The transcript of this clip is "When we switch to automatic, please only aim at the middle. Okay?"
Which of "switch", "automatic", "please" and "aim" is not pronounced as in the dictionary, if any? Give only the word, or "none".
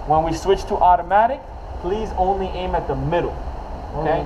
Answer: none